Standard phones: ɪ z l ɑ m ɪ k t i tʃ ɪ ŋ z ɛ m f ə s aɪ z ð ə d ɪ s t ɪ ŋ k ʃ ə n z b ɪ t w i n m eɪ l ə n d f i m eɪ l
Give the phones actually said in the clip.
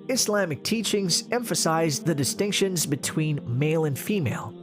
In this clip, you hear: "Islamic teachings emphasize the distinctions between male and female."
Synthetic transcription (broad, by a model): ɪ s l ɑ m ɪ k t i tʃ ɪ ŋ z ɛ m f ə s aɪ z ð ə d ɪ s t ɪ ŋ k ʃ ə n z b ɪ t w i n m eɪ l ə n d f i m eɪ l